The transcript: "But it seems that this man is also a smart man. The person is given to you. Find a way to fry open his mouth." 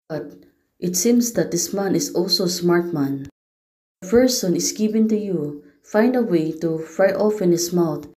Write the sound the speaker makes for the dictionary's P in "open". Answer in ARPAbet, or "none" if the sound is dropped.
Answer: F